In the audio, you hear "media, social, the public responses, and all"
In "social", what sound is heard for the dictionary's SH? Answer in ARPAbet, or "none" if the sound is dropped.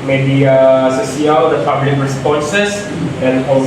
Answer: S